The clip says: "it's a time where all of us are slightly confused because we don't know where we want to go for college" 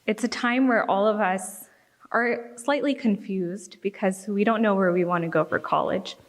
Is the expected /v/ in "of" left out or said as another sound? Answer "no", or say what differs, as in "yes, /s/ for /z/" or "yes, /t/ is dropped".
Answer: no